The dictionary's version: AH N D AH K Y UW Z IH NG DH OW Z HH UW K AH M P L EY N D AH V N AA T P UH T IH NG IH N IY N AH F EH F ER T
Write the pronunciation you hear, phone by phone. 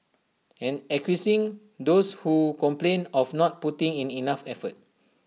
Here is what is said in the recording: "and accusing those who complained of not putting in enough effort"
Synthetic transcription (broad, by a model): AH N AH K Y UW S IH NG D OW S HH UW K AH M P L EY N AH F N AA T P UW T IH NG IH N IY N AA F EH F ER T